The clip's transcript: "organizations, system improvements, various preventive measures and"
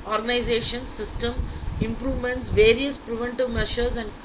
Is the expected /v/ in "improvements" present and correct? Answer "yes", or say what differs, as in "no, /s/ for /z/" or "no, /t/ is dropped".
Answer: yes